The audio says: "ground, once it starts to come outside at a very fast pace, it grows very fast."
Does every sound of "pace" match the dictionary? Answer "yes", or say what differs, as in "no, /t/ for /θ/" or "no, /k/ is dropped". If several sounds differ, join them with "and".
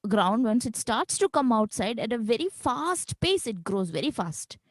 yes